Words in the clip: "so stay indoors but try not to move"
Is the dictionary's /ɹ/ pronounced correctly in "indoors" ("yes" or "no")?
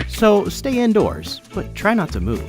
yes